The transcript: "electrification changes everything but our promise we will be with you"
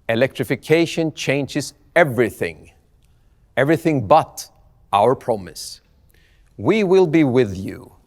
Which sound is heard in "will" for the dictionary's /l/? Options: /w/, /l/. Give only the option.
/l/